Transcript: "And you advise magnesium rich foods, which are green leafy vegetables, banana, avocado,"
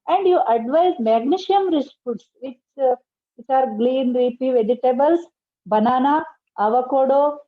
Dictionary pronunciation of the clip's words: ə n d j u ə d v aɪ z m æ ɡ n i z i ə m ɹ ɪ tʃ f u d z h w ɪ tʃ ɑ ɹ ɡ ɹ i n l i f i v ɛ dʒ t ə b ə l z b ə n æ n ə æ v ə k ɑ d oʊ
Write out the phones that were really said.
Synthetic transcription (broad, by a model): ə n d j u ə d v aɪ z m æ ɡ n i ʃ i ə m ɹ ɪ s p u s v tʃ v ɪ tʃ ɑ ɹ ɡ l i n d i p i v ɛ dʒ t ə b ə l s b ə n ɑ n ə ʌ v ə k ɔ d oʊ